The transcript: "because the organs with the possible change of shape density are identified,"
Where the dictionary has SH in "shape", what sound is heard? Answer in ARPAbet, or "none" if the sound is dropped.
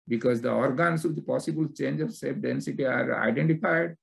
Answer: S